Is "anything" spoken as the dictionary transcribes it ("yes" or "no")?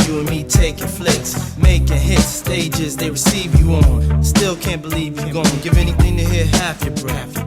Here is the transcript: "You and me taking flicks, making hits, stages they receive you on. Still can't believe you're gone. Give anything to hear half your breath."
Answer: yes